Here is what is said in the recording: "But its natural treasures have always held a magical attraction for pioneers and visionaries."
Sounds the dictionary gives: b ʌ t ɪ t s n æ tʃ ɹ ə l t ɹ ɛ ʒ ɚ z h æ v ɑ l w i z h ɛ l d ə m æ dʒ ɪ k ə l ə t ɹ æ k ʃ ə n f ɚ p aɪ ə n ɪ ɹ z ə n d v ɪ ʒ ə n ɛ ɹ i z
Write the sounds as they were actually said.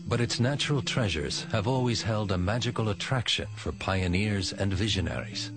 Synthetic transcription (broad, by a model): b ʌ t ɪ t s n æ tʃ ɹ ə l t ɹ ɛ ʒ ɚ z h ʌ v ɑ l w i z h ɛ l d ə m æ dʒ ɪ k ə l ə t ɹ æ k ʃ ə n f ɚ p aɪ ə n ɪ ɹ z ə n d v ɪ ʒ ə n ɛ ɹ i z